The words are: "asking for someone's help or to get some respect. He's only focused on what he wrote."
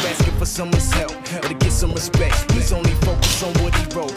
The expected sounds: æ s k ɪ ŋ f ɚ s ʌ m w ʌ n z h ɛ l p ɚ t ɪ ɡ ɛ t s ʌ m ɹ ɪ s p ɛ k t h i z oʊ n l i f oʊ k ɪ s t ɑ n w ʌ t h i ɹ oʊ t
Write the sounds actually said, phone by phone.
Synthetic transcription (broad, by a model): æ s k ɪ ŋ f ɚ s ʌ m w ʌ n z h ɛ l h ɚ t ɪ ɡ ɛ t s ʌ m w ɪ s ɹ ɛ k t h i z oʊ n l i f oʊ k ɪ s ɑ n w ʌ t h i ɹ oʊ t